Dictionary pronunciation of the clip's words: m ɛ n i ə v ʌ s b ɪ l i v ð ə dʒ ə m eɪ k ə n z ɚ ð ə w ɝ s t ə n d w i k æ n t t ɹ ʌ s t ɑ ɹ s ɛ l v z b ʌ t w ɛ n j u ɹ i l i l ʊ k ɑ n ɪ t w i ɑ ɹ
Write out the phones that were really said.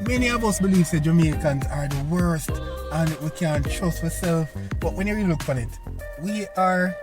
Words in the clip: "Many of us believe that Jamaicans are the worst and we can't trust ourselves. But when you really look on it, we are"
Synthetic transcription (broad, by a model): m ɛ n i ə v ʌ s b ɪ l i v ð ə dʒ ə m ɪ k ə n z ɚ ð ə w ɝ s t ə n w i k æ n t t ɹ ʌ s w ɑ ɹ s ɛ l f b ʌ t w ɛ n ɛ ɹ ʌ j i l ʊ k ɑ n ɪ t w i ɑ ɹ